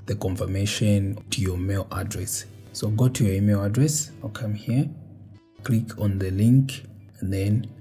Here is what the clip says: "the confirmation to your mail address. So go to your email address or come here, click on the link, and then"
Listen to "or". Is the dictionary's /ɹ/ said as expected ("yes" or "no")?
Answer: no